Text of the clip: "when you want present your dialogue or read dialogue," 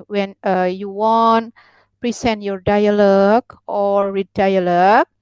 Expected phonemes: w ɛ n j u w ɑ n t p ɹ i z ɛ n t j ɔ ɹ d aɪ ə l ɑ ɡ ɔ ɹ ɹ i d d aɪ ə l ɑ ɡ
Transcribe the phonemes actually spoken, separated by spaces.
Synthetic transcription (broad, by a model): w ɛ n j u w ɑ n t p ɹ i s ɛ n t j ɔ ɹ d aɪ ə l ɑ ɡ ɔ ɹ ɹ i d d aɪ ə l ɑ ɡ